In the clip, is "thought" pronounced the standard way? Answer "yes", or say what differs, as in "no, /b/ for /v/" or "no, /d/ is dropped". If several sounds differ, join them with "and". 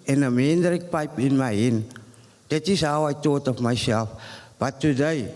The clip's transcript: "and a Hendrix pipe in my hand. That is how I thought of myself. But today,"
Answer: no, /t/ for /θ/